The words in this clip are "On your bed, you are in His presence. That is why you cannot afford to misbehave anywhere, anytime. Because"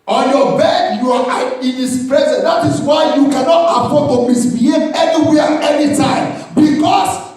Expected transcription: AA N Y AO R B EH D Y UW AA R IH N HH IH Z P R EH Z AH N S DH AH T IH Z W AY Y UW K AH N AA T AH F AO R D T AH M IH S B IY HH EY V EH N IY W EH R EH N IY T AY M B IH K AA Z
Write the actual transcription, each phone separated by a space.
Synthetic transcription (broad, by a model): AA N Y AO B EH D Y UW AA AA IH N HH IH S P R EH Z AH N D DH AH T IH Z W AY Y UW K AH N AA T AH P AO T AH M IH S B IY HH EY EH N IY W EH EH N IY T AY M B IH K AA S